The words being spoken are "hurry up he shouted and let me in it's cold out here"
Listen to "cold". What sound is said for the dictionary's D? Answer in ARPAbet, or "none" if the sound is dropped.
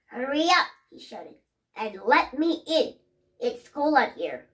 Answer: none